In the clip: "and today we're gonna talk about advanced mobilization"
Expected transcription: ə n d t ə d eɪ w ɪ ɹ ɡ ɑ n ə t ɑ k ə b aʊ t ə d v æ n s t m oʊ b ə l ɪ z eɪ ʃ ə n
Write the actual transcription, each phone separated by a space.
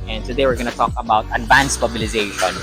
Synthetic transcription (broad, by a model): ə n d s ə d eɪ w ɪ ɹ ɡ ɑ n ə t ɑ k ə b aʊ t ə d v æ n s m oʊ b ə l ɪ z eɪ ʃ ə n